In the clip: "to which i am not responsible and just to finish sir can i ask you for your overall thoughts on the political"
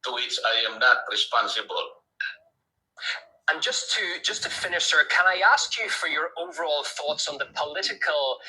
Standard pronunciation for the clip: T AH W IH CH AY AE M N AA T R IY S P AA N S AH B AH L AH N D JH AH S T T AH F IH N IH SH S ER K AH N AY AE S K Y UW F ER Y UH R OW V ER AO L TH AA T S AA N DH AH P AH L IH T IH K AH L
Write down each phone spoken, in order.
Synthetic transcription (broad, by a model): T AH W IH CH AY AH M N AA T R IY S P AA N S AH B AH L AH N JH AH S T T AH F IH N IH SH S ER K AH N AY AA S K Y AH F ER Y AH R OW V ER AO L TH AA T S N DH AH P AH L IH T IH K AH L